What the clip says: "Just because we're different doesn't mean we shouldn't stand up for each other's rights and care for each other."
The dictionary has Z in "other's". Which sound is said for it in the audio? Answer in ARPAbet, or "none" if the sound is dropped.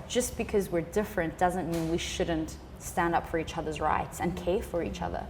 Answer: Z